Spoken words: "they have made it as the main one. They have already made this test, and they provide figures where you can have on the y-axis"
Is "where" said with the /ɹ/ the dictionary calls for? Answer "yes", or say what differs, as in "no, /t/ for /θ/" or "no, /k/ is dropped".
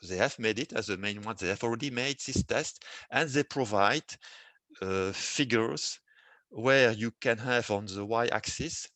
yes